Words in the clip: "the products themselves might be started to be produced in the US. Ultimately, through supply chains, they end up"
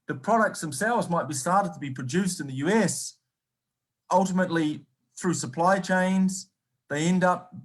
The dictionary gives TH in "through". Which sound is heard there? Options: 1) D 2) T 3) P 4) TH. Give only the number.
4